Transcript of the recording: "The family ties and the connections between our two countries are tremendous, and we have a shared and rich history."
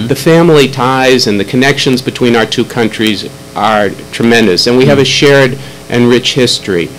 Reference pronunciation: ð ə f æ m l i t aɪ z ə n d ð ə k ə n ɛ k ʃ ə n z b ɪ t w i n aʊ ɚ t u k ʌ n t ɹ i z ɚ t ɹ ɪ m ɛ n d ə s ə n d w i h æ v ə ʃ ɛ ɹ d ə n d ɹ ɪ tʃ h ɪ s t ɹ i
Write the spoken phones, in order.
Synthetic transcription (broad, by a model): ð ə f æ m l i t aɪ z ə n ð ə k ə n ɛ k ʃ ə n z b ɪ t w i n aʊ ɚ t u k ʌ n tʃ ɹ i z ɚ t ɹ ɪ m ɛ n d ə s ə n w i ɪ v ə ʃ ɛ ɹ d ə n ɹ ɪ tʃ h ɪ s t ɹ i